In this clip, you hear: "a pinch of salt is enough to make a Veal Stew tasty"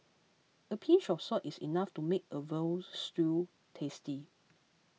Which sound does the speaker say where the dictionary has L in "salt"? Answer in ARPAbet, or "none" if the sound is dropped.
none